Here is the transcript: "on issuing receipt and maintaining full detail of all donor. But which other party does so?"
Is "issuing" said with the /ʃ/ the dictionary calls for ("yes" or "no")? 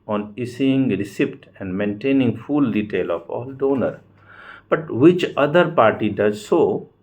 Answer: no